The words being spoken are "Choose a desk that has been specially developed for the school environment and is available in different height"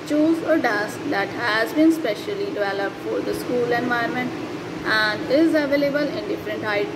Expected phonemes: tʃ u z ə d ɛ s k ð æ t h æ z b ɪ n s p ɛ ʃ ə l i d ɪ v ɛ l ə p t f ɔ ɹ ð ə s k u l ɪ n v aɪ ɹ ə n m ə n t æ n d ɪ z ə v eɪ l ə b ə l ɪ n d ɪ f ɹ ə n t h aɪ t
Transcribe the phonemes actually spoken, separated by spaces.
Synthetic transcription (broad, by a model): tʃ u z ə d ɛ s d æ t h æ z b ɪ n s p ɛ ʃ ə l i d ɪ v ɛ l ə p t f ɔ ɹ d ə s k u l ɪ n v aɪ ə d m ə n t æ n d ɪ z ə v eɪ l ə b ə l ɪ n d ɪ f ɹ ə n t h aɪ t